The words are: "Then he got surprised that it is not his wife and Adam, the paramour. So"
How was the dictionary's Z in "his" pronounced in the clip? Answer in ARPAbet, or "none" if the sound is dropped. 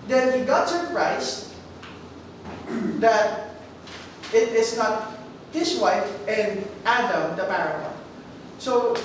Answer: S